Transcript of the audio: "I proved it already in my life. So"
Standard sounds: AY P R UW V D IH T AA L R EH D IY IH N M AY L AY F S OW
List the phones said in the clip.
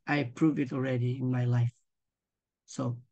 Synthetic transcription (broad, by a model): AY P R UW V IH T AA L R EH D IY IH N M AY L AY F S OW